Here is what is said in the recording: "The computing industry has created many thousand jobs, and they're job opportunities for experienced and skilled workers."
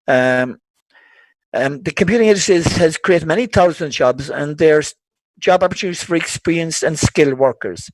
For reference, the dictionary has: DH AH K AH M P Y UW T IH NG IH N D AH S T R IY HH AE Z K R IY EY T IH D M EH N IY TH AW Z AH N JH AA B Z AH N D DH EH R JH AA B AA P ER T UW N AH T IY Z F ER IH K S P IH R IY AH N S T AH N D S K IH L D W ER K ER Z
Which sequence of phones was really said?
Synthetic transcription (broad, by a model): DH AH K AH M P Y UW T IH NG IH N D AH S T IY HH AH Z K R IY EY T IH D M EH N IY TH AW Z AH N JH AA B Z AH N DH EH R JH AA B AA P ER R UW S F ER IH K S P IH R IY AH N S AH N S K IH L W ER K ER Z